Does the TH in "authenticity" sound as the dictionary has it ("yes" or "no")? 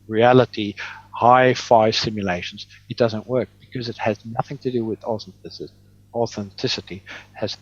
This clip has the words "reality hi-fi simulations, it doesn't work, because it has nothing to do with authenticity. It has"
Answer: yes